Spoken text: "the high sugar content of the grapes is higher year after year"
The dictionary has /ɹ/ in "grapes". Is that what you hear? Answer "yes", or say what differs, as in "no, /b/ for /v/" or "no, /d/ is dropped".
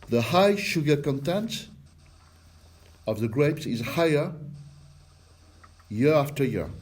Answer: yes